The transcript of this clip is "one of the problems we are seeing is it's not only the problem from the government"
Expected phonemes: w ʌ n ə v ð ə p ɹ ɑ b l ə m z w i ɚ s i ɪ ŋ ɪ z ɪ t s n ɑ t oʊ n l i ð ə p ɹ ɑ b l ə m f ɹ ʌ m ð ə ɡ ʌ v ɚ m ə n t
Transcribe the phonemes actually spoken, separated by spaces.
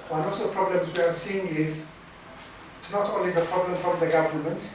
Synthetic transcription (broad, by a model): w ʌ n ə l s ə p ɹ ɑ b l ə m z w i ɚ s i ɪ ŋ ɪ z ɪ t s n ɑ t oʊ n w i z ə p ɹ ɑ b l ə m f ɹ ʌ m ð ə ɡ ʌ v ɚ m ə n t